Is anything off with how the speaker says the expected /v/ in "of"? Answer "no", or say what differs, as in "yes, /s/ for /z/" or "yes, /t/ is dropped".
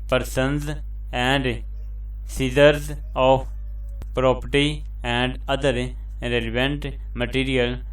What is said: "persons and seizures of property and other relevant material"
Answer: yes, /p/ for /v/